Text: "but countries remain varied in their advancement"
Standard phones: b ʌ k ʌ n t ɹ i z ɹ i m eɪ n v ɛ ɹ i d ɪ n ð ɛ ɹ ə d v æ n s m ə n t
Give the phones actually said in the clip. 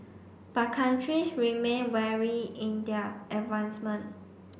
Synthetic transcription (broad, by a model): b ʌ k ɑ n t ɹ i s ɹ i m eɪ n w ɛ ɹ i ɪ n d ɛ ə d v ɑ n s m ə n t